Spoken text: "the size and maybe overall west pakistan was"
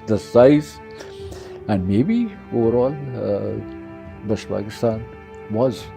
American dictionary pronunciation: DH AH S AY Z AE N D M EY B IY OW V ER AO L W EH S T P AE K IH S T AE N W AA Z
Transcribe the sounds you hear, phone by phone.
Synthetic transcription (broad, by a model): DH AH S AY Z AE N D M EY B IY OW V ER AO L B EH SH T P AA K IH S T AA N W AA Z